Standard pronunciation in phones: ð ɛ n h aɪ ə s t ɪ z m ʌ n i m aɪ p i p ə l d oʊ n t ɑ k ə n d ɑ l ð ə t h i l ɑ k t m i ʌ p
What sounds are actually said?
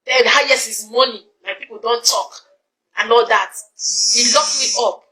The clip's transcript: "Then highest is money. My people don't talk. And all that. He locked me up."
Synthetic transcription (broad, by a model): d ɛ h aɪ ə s ɪ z m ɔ n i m aɪ p i p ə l d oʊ n t ɑ k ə n ɑ l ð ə t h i l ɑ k m i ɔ p